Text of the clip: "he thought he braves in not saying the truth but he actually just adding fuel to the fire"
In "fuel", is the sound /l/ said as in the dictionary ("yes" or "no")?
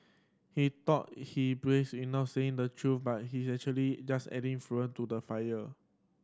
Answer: no